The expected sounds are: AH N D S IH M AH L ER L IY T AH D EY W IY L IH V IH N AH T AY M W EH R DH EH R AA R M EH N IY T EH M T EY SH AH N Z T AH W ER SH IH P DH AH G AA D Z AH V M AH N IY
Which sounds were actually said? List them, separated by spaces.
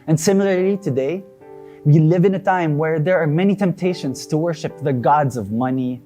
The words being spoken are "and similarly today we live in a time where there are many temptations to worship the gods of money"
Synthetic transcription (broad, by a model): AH N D S IH M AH L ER L IY T AH D EY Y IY L IH V IH N AH T AY M W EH R DH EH R AA R M EH N IY T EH M T EY SH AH N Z T AH W ER SH IH P DH AH G AA D Z AH V M AH N IY